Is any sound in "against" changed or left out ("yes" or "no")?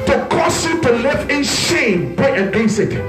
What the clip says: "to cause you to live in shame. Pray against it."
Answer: yes